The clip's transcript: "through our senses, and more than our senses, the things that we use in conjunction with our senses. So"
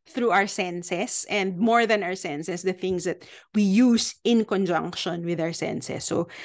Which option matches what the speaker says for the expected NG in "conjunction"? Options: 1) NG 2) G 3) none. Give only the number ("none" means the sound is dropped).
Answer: 1